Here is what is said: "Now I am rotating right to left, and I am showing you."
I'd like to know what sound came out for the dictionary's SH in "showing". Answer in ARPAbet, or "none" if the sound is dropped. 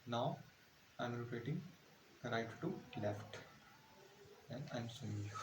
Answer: S